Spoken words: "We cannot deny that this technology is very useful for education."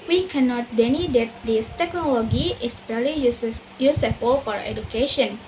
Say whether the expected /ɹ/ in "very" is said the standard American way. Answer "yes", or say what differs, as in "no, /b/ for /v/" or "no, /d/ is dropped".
no, /l/ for /ɹ/